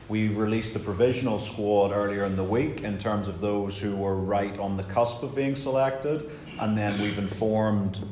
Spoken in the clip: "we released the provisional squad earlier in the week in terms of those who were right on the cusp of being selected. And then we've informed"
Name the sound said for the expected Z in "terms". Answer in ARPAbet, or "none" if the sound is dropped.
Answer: Z